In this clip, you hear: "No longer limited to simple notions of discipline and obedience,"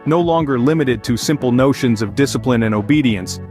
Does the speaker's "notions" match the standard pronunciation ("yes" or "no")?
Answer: yes